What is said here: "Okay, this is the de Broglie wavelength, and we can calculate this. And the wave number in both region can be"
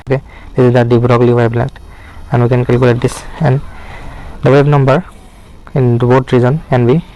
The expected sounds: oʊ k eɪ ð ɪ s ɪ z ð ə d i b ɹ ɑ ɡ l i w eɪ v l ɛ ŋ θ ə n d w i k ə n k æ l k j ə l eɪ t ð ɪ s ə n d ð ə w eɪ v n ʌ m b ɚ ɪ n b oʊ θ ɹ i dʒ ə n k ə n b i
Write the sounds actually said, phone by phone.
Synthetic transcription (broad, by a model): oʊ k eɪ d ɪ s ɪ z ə d i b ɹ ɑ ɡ l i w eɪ b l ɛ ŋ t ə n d w i k ə n k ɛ l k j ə l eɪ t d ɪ s ə n d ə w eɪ b n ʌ m b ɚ ɪ n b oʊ t ɹ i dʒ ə n k ə n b i